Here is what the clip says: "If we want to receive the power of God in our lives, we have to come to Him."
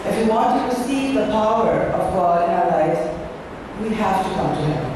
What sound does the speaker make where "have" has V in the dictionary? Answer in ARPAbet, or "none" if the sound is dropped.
F